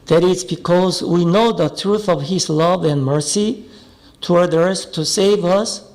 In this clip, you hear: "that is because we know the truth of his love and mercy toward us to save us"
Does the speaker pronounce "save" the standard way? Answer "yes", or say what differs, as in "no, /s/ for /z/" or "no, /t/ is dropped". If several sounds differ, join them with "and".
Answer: yes